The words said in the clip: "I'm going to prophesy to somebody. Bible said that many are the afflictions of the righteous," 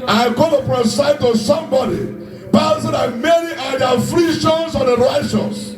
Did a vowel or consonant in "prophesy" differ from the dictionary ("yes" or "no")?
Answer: yes